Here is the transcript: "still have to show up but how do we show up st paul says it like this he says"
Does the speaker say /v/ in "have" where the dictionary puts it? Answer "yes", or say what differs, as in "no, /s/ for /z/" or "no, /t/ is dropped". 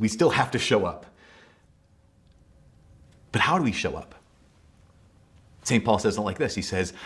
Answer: no, /f/ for /v/